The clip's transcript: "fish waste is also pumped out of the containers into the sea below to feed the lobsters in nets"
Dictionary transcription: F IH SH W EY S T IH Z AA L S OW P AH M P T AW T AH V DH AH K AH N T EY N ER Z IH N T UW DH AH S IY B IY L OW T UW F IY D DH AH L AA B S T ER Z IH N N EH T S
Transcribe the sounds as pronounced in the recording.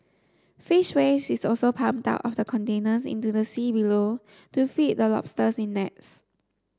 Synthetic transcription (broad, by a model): F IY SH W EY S IH S AA L S OW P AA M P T AW T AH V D AH K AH N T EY N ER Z IH N T UW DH AH S IY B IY L OW T UW F IY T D AH L AA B S T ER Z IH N N EH T S